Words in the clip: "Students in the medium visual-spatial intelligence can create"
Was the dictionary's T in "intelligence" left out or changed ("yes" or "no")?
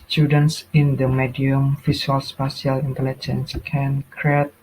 no